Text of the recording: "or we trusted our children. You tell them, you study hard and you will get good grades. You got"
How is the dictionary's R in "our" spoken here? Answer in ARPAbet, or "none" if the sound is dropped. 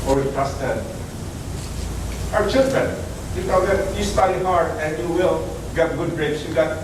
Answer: W